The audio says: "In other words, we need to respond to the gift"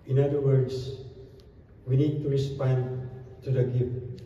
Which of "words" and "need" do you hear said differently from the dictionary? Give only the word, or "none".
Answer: words